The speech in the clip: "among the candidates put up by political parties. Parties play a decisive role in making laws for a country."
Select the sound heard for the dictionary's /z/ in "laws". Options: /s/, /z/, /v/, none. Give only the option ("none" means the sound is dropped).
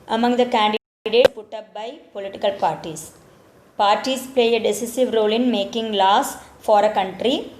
/s/